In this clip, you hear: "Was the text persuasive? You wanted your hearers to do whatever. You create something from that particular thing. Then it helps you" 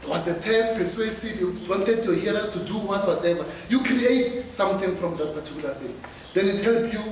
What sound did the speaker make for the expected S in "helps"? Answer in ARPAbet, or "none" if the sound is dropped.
none